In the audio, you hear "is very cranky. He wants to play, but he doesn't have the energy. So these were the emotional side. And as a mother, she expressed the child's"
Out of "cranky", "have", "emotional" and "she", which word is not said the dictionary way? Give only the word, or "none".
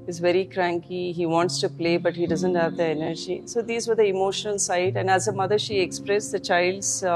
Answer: none